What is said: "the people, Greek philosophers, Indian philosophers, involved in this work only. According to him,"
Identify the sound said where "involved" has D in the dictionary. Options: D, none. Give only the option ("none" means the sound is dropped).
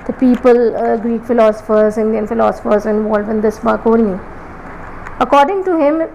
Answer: none